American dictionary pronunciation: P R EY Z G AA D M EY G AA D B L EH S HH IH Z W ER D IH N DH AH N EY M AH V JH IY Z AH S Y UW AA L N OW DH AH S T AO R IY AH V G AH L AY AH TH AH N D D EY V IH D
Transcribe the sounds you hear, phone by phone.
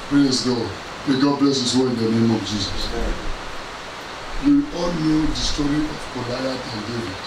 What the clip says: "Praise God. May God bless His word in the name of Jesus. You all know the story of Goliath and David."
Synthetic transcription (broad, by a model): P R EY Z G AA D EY G AA D B L EH S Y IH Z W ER IH N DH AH N EY M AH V JH IY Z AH S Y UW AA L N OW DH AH S T AO R IY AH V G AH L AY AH T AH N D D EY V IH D